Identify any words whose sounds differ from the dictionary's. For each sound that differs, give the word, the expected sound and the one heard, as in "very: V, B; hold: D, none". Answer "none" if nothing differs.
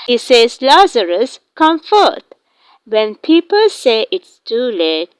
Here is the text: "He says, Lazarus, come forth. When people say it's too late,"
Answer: forth: TH, T